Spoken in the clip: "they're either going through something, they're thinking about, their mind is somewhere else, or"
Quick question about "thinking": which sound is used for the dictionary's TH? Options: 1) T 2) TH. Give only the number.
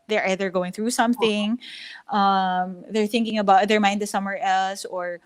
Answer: 2